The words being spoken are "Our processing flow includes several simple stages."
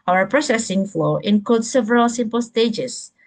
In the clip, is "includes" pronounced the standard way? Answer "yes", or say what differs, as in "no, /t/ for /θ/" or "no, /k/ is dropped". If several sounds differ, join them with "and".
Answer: no, /l/ is dropped